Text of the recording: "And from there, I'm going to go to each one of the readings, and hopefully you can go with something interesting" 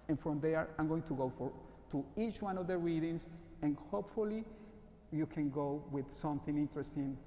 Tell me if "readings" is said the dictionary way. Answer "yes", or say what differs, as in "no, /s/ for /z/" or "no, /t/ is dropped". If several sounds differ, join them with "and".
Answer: no, /s/ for /z/